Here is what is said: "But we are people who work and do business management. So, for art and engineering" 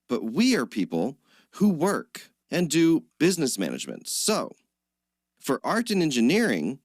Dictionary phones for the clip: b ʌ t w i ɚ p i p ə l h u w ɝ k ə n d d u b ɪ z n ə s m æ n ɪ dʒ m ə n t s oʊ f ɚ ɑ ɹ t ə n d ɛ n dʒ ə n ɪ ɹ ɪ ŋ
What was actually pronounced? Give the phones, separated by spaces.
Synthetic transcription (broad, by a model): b ʌ t w i ɚ p i p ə l h u w ɝ k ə n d d u b ɪ z n ə s m æ n ɪ dʒ m ə n t s oʊ f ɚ ɑ ɹ t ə n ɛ n dʒ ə n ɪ ɹ ɪ ŋ